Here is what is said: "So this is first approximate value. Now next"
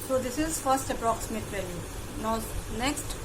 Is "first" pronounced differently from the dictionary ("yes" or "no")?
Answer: no